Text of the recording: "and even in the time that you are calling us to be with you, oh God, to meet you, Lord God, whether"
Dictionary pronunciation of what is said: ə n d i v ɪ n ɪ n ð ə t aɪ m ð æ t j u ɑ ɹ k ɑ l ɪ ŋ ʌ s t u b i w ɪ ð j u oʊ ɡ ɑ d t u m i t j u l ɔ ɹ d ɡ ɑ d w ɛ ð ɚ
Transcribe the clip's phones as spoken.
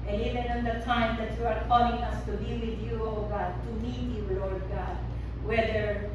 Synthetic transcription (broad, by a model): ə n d i v ɪ n ɪ n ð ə t aɪ m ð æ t j u ɑ ɹ k ɑ l ɪ ŋ ʌ s t u b i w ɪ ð j u oʊ ɡ ɑ d t u m i t j u l ɔ ɹ d ɡ ɑ d w ɛ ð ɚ